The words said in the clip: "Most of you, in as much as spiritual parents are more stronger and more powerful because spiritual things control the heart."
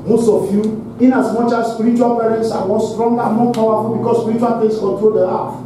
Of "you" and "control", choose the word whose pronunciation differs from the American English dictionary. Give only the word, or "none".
none